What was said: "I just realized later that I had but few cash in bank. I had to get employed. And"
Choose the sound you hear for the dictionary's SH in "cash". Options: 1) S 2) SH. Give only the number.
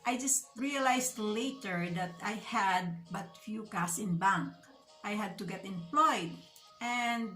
1